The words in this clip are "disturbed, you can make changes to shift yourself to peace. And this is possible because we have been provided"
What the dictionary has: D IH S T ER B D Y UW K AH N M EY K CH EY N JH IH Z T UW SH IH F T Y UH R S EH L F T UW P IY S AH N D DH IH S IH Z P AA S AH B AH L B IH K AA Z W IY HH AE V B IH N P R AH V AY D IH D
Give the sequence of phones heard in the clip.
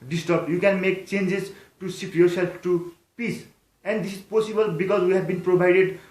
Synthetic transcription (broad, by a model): D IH S T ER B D Y UW K AH N M EY K CH EY N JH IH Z T UW S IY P Y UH R S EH L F T UW P IY S AH N D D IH S IH Z P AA S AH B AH L B IH K AA Z W IY HH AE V B IH N P R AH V AY D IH D